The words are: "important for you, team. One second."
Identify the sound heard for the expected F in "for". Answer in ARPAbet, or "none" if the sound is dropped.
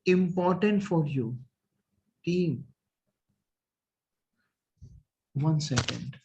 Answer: F